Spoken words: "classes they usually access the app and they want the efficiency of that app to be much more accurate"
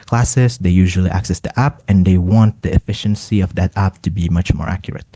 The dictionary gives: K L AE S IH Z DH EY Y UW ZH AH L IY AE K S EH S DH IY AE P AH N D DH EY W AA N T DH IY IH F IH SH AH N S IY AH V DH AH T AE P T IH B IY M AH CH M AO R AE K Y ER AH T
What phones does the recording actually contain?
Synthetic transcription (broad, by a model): K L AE S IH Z DH EY Y UW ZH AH L IY AE K S EH S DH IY AE P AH N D DH EY W AA N T DH IY IH F IH SH AH N S IY AH V DH AH T AE P T IH B IY M AH CH M AO R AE K Y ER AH T